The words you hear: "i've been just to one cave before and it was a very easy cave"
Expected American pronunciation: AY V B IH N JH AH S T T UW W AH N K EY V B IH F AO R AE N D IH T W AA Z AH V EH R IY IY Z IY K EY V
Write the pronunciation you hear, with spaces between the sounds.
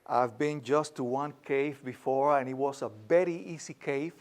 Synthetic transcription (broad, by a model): AY V B IH N JH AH S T T UW W AH N K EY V B IH F AO R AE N IH T W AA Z AH B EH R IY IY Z IY K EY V